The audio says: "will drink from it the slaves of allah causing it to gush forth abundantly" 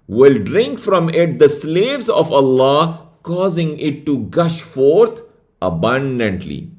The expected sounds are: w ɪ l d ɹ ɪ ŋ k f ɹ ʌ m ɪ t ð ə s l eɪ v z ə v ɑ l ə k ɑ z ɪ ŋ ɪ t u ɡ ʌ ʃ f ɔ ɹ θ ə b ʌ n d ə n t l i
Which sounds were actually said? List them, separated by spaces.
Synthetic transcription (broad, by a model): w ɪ l d ɹ ɪ ŋ k f ɹ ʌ m ɪ t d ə s l eɪ v z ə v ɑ l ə k ɑ z ɪ ŋ ɪ t u ɡ ʌ ʃ f ɔ ɹ t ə b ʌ n d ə n t l i